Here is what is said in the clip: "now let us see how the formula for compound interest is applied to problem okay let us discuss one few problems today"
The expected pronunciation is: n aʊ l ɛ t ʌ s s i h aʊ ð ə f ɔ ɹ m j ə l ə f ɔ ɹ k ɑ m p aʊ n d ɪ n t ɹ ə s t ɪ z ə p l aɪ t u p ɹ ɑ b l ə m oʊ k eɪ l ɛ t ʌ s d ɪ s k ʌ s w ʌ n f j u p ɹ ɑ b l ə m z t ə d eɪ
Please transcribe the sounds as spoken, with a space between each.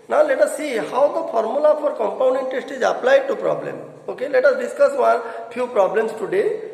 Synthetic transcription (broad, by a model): n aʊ l ɛ t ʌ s s i h aʊ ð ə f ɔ ɹ m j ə l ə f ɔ ɹ k ɑ m p aʊ n d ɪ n t ə s t ɪ z ə p l aɪ t u p ɹ ɑ b l ə m oʊ k eɪ l ɛ t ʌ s d ɪ s k ʌ s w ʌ n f j u p ɹ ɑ b l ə m s t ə d eɪ